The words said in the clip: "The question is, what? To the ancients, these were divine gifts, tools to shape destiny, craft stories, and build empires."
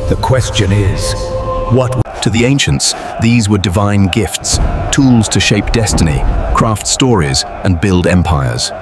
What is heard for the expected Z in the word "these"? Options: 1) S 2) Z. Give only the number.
2